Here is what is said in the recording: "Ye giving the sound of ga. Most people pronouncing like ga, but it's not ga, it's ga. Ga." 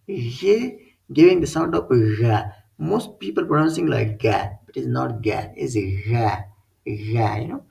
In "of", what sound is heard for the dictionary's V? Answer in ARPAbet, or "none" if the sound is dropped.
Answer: P